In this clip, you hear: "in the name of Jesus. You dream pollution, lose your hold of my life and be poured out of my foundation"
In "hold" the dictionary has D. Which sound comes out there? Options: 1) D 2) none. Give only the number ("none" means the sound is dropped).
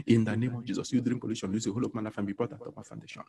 2